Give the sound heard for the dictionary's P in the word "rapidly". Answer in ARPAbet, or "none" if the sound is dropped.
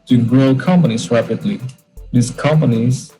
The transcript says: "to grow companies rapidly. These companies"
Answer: P